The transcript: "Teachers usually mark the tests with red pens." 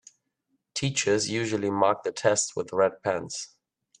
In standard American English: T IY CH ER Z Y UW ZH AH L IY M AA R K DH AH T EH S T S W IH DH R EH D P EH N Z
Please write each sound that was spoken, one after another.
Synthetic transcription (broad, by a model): T IY CH ER Z Y UW ZH AH L IY M AA R K DH AH T EH S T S W IH DH R EH D P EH N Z